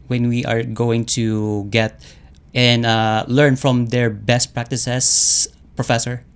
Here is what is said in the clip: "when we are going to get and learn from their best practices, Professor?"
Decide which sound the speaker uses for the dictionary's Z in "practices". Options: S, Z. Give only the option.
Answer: S